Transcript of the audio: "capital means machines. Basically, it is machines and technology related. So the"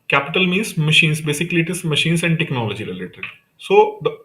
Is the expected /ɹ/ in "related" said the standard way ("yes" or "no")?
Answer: no